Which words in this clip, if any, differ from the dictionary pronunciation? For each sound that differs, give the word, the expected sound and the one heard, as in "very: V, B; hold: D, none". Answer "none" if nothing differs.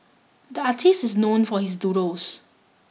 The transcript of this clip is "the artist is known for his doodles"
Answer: doodles: L, none